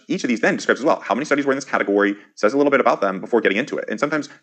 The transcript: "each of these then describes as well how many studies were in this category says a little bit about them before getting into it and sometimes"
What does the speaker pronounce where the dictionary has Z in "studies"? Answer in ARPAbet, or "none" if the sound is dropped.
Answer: Z